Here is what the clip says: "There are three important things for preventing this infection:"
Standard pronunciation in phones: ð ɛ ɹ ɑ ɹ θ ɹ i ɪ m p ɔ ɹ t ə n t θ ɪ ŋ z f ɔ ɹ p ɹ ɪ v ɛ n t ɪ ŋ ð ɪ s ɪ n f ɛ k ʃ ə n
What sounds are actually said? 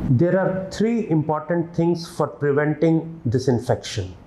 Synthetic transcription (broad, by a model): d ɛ ɹ ɑ ɹ t ɹ i ɪ m p ɔ ɹ t ə n t t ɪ ŋ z f ɔ ɹ p ɹ ɪ v ɛ n t ɪ ŋ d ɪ s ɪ n f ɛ k ʃ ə n